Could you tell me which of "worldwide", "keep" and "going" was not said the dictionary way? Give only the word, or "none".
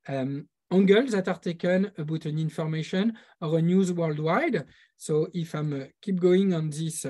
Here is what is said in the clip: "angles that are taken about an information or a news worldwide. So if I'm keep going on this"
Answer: none